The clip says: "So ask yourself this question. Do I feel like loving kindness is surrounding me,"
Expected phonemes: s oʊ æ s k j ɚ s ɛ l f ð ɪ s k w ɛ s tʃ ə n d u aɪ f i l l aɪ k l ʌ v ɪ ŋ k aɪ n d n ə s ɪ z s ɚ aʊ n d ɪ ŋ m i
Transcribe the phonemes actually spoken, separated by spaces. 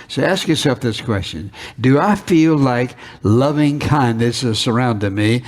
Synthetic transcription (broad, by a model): s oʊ æ s k j ɚ s ɛ l f ð ɪ s k w ɛ s tʃ ə n d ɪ aɪ f i l l aɪ k l ʌ v ɪ ŋ k aɪ n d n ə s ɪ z s ɚ aʊ n d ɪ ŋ m i